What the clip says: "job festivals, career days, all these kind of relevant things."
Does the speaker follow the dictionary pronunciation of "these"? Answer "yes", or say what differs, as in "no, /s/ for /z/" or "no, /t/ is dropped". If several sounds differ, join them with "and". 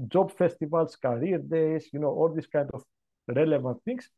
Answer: no, /s/ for /z/